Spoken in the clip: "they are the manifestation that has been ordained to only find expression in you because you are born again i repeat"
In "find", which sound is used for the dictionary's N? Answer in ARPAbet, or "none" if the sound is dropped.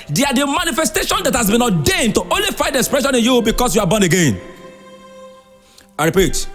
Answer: none